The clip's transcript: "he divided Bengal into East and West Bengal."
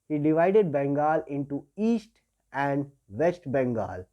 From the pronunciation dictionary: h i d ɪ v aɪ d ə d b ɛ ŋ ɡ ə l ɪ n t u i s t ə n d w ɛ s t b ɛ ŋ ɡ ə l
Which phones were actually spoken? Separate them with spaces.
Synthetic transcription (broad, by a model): h i d ɪ v aɪ d ə d b ɛ ŋ ɡ ə l ɪ n t u i s t ə n d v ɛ s t b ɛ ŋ ɡ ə l